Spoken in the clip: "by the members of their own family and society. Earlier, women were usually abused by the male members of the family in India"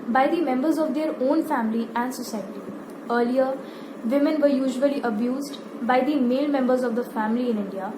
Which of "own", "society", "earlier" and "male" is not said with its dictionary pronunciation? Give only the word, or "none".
none